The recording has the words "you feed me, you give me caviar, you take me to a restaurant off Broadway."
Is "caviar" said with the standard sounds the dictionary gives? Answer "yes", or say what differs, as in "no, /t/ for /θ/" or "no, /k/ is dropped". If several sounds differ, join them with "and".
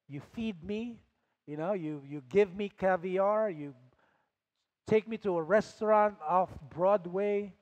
yes